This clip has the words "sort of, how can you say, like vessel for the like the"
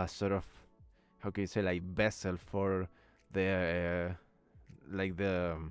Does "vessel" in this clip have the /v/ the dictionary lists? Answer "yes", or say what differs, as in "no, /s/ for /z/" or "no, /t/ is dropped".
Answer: no, /b/ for /v/